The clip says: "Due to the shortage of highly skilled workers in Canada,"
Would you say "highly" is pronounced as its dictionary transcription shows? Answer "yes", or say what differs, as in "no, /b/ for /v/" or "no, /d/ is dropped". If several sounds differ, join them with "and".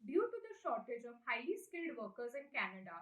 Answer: no, /l/ is dropped